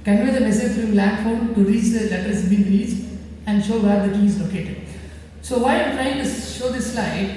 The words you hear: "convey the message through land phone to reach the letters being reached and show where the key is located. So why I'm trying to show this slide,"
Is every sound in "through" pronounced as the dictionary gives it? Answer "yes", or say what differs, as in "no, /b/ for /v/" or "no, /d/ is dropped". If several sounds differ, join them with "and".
no, /f/ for /θ/